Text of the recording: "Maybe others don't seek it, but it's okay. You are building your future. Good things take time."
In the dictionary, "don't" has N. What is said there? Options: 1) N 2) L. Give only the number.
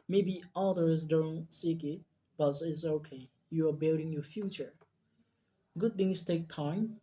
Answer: 1